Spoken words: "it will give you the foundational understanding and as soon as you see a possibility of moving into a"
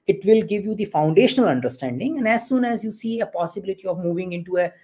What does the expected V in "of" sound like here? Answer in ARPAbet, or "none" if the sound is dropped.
V